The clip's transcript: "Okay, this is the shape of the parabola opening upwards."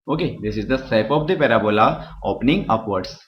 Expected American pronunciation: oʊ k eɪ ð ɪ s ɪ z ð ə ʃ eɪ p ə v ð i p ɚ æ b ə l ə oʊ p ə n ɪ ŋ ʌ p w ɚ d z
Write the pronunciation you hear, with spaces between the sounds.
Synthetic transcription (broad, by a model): oʊ k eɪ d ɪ s ɪ z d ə s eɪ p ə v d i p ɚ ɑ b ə l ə oʊ p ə n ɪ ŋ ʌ p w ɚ d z